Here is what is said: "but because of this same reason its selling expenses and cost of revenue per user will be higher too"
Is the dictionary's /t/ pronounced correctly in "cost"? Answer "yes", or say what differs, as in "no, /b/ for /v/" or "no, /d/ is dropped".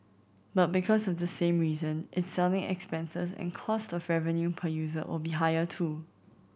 yes